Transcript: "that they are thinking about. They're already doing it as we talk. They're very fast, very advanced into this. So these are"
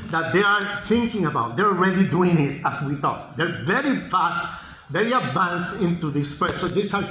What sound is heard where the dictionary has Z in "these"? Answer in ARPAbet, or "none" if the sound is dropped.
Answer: S